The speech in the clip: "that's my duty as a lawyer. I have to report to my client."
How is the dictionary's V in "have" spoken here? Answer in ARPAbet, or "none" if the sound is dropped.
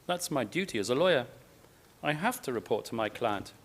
F